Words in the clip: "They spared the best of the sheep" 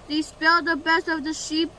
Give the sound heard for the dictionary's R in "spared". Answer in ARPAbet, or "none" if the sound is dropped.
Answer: L